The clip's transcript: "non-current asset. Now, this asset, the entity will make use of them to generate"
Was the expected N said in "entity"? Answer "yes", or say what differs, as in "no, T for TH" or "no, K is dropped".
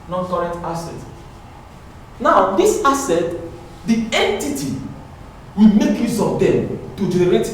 yes